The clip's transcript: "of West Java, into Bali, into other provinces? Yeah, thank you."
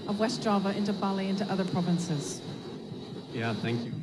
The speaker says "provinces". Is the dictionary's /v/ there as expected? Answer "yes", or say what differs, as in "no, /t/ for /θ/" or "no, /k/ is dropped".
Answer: yes